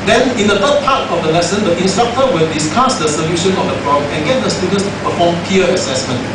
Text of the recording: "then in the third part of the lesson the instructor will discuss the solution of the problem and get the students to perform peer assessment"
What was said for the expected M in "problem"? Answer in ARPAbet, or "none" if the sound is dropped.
none